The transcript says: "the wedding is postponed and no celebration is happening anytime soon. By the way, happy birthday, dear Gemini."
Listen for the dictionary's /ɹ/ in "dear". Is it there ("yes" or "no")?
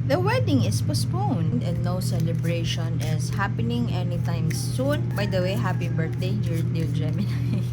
no